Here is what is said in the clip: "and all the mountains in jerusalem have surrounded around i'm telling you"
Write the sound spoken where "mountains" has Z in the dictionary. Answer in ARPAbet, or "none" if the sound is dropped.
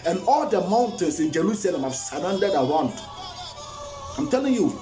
S